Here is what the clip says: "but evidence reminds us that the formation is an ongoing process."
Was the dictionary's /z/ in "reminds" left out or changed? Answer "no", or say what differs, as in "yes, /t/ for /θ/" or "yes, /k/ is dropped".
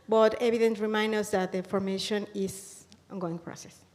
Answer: yes, /z/ is dropped